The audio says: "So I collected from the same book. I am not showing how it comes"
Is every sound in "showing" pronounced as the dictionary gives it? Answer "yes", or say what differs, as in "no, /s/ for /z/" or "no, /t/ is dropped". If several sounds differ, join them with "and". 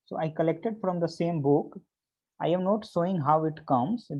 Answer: no, /s/ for /ʃ/